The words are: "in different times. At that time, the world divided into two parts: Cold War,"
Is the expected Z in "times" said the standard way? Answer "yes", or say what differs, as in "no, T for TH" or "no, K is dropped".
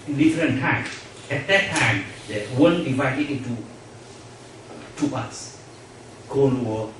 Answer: no, Z is dropped